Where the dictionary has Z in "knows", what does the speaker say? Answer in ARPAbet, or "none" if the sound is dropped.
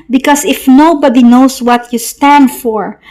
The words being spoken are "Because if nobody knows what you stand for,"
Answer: S